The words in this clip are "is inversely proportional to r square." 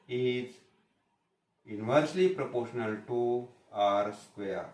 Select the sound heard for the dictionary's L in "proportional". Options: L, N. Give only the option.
L